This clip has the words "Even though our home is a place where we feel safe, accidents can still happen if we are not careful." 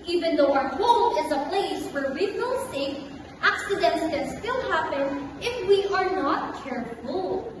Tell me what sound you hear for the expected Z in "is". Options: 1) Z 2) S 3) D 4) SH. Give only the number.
1